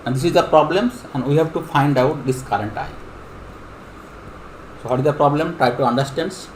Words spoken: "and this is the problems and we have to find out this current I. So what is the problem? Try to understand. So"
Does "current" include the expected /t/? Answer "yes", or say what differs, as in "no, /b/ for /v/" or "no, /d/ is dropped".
yes